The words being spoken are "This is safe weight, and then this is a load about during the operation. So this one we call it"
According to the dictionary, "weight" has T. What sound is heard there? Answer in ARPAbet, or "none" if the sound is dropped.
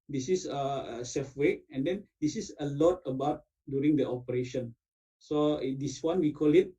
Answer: none